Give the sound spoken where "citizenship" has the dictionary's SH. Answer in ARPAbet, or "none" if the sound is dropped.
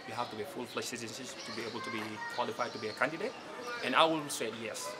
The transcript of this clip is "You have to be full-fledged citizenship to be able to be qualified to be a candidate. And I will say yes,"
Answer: S